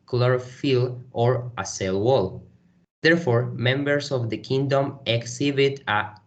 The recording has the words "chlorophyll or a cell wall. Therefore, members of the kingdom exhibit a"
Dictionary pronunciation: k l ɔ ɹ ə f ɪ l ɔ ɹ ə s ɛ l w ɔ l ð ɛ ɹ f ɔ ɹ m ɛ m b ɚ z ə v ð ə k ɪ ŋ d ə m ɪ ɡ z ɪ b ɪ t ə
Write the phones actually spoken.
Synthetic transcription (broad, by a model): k l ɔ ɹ f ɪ l ɔ ɹ ə s ɛ l w ɔ l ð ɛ ɹ f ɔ ɹ m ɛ m b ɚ s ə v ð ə k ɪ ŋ d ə m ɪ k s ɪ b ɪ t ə